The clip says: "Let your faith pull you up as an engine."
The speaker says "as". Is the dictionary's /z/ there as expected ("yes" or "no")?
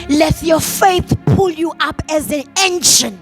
yes